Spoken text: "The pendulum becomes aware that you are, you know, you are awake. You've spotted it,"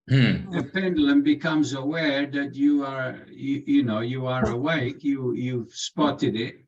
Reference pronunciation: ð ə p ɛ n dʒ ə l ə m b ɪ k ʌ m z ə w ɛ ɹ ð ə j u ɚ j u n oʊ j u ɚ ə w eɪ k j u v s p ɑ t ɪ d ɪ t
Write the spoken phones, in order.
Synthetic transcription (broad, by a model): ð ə p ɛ n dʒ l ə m b ɪ k ʌ m z ə w ɛ ɹ ð ə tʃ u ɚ j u n oʊ j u ɚ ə w eɪ k j u v s p ɑ t ɪ d ɪ t